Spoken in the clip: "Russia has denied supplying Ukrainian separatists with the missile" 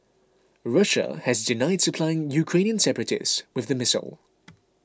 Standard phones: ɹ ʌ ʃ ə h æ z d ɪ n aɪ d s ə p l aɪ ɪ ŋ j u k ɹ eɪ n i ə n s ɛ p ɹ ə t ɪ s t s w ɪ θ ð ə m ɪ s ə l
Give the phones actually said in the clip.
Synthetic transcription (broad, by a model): ɹ ʌ ʃ ə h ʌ z d ɪ n aɪ d s ə p l aɪ ɪ ŋ j u k ɹ eɪ n i ə n s ɛ p ɹ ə t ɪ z w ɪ ð ə m ɪ s ə l